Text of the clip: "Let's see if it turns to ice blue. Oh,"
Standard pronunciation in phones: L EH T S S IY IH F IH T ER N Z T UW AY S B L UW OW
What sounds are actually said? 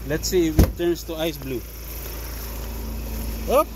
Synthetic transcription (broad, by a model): L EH T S S IY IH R IH T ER N S T UW AY S B L UW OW